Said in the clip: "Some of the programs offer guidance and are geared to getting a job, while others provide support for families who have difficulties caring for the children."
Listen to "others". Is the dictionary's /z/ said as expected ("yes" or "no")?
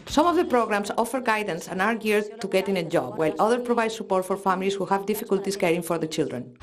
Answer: no